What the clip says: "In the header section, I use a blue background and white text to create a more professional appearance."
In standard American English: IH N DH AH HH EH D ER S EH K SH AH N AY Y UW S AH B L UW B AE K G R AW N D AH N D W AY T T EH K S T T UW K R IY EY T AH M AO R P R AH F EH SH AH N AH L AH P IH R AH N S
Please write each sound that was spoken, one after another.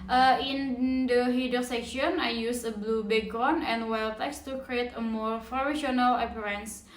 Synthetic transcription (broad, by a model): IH N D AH HH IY D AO S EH K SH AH N AY Y UW S AH B L UW B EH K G AO N AH N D W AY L T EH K S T T UW K R IY EY T AH M AO R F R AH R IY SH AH N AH L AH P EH R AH N S